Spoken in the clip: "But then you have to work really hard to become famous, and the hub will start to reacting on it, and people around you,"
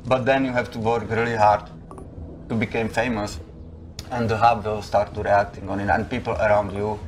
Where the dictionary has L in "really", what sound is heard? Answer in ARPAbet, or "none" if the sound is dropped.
L